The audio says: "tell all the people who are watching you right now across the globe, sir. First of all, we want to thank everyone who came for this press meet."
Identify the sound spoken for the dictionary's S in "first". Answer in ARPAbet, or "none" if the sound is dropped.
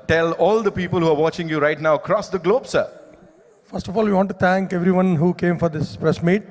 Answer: S